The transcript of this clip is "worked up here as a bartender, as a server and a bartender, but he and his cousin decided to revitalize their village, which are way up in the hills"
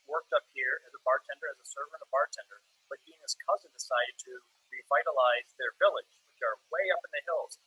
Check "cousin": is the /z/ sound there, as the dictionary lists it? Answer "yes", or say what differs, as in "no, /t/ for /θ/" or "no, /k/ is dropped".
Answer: yes